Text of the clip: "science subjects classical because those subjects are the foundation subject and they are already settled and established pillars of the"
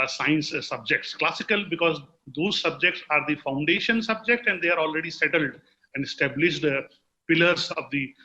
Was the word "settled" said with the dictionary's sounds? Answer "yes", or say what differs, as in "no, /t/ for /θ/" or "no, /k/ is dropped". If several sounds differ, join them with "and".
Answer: yes